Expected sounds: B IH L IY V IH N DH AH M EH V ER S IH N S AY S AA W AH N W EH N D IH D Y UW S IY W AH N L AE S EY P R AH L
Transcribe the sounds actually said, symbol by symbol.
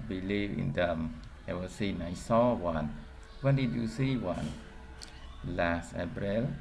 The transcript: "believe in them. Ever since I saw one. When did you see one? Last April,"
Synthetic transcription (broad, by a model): B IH L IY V IH N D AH M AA W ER S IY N AY S AA W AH N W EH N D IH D Y UW S IY W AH N L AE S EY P R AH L